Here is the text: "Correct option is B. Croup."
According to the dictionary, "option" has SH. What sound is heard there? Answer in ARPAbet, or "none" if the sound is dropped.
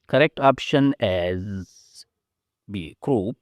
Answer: SH